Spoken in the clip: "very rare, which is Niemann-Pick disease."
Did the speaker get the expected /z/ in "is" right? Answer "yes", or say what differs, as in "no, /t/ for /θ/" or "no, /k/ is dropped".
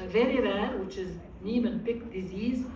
yes